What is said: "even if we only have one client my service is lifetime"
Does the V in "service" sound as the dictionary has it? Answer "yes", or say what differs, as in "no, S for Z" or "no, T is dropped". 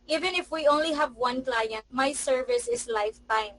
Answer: yes